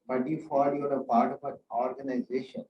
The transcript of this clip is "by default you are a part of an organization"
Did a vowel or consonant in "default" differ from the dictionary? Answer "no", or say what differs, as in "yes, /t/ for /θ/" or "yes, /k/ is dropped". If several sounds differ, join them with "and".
yes, /l/ is dropped